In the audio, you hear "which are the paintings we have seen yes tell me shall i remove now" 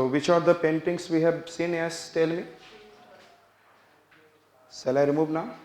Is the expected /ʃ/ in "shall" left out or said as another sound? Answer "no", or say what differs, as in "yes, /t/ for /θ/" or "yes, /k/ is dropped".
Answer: yes, /s/ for /ʃ/